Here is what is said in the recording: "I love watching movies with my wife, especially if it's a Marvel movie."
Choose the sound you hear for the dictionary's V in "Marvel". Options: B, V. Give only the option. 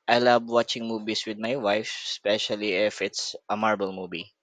B